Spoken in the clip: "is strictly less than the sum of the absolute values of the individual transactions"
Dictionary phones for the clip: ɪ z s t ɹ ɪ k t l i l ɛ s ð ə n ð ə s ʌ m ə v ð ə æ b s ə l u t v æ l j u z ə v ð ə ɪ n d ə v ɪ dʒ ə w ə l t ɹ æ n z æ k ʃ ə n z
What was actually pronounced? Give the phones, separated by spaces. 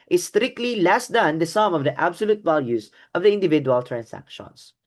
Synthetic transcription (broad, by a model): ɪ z s t ɹ ɪ k t l i l ɛ s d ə n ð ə s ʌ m ə v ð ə æ b s ə l u t v æ l j u z ə v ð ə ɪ n d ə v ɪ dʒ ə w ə l t ɹ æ n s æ k ʃ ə n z